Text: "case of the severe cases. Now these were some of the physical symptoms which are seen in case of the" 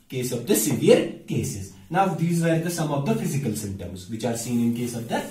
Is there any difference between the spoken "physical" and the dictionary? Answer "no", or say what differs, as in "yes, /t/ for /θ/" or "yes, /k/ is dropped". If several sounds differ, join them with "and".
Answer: no